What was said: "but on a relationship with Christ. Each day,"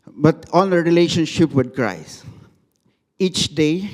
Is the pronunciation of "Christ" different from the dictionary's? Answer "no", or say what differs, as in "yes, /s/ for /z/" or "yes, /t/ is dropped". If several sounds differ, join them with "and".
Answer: yes, /t/ is dropped